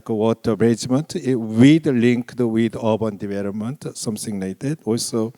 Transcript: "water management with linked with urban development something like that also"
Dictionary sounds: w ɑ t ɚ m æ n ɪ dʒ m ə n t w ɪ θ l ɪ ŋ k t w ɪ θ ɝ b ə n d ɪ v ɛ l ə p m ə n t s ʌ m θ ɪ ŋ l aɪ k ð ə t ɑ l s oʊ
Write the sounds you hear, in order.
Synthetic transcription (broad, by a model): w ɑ t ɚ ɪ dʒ m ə n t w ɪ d l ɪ ŋ k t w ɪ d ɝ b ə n d ɪ v ɛ l ə p m ə n t s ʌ m s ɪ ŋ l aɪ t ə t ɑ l s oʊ